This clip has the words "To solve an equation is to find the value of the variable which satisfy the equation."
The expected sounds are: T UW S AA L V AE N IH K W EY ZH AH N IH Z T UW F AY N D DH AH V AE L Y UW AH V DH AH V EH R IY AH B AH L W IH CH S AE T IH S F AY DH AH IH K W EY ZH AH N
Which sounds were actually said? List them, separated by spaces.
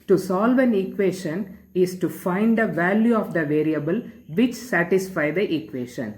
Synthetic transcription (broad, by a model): T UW S AA L V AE N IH K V EY SH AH N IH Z T UW F AY N D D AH V AE L Y UW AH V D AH V EH R IY AH B AH L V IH CH S AE T IH S F AY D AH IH K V EY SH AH N